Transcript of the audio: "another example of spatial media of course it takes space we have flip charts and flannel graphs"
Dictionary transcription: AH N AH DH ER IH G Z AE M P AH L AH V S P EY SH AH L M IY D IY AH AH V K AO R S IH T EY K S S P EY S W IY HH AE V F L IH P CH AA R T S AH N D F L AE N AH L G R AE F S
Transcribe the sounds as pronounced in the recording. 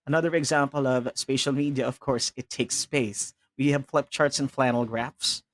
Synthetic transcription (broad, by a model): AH N AH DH ER IH G Z AE M P AH L AH V S P EY SH AH L M IY D IY AH AH V K AO R S IH T EY K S S P EY S W IY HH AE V F L IH P CH AA R T S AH N F L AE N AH L G R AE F S